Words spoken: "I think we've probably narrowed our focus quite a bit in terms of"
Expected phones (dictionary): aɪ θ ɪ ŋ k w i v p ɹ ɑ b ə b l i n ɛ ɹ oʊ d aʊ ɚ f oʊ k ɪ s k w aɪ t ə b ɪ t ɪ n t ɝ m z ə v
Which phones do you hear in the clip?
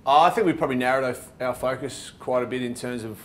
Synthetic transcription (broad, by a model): aɪ θ ɪ ŋ k w i p ɹ ɑ b ə b l i n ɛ ɹ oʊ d aʊ ɚ f oʊ k ɪ s k w aɪ t ə b ɪ t ɪ n t ɝ m z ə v